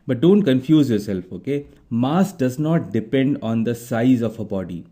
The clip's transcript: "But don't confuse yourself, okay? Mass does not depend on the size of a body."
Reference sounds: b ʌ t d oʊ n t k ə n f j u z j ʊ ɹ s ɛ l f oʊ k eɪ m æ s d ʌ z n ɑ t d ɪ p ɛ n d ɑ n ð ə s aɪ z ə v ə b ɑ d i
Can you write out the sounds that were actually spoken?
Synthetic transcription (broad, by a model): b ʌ t d oʊ n t k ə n f j u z j ʊ ɹ s ɛ l f oʊ k eɪ m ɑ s d ʌ z n ɑ t d ɪ p ɛ n d ɑ n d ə s aɪ z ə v ə b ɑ d i